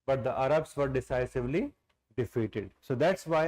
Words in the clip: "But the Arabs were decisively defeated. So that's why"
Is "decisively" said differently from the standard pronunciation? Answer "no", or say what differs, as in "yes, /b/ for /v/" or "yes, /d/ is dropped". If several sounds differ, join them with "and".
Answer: no